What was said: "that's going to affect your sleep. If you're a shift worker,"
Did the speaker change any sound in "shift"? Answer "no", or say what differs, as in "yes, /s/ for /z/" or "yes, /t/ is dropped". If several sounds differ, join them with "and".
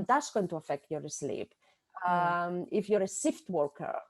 yes, /s/ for /ʃ/